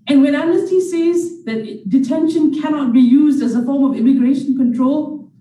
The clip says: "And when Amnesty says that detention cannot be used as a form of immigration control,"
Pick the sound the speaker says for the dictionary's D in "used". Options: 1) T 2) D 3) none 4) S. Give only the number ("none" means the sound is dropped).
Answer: 2